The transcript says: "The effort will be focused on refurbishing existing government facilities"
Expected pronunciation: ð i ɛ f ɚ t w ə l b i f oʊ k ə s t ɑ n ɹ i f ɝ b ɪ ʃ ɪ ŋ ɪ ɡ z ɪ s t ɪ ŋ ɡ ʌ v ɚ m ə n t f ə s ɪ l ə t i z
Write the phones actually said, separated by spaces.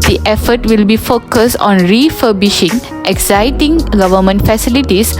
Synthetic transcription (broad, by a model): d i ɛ f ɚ t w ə l b i f oʊ k ə s t ɑ n ɹ i f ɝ b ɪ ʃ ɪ ŋ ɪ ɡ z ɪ t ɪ ŋ ɡ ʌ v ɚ m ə n t f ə s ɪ l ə t i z